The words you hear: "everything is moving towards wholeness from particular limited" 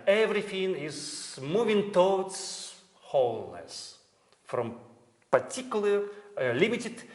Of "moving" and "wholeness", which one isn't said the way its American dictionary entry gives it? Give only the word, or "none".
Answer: none